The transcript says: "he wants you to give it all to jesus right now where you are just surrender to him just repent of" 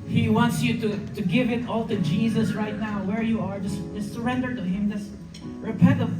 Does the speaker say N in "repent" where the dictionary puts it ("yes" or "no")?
no